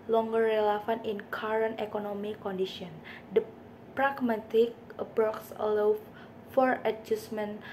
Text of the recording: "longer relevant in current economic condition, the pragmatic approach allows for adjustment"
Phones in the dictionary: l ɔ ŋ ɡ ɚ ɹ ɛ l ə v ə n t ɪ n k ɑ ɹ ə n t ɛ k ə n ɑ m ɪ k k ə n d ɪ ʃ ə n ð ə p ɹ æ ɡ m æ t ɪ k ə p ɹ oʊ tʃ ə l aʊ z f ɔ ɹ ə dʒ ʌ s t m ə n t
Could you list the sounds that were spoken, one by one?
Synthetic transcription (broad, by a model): l ɔ ŋ ɡ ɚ ɹ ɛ l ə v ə n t ɪ n k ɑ ɹ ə n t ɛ k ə n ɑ m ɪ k k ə n d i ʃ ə n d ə p ɹ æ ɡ m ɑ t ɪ k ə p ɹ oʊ s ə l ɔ f ɔ ɹ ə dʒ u s m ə n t